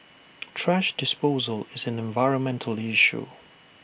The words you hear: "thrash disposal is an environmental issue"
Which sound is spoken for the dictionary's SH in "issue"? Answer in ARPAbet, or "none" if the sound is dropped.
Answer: SH